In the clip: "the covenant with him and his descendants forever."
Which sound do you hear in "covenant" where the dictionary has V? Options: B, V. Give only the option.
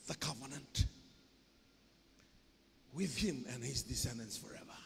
V